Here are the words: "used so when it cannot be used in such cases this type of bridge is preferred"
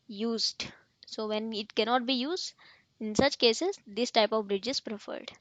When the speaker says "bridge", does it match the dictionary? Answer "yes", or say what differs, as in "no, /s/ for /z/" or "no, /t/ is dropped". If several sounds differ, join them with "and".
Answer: yes